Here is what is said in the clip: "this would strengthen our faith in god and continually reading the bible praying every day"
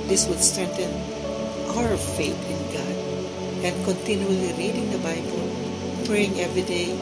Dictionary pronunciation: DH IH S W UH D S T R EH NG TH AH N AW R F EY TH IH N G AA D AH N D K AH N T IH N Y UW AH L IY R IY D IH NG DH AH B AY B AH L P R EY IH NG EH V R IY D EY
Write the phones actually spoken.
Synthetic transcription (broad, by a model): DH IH S W UH D S T R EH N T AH N AW R F EY T IH N G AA D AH N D K AH N T IH N Y UW AH L IY R IY D IH NG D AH B AY B AH L P R EY IH NG EH V R IY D EY